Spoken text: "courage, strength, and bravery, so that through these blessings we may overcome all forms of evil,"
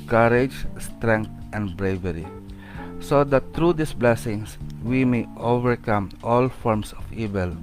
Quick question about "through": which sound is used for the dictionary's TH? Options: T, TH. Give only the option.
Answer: T